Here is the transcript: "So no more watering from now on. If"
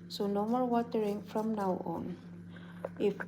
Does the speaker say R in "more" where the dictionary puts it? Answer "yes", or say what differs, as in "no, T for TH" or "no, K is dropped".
no, L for R